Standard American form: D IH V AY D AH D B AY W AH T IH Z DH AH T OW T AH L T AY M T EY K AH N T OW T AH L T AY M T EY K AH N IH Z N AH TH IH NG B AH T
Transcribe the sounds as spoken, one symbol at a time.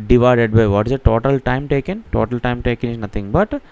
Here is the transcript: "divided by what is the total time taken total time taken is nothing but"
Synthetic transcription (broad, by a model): D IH V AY D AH D B AY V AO T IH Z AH T OW T AH L T AY M T EY K AH N T OW T AH L T AY M T EY K AH N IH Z N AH T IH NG B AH T